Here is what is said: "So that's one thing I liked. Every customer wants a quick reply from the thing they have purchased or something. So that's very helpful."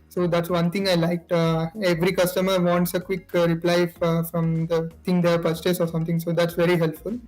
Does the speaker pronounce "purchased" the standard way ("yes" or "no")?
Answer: no